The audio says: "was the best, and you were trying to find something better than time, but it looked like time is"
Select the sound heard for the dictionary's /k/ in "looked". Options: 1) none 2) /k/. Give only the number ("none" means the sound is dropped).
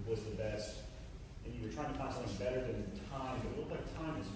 1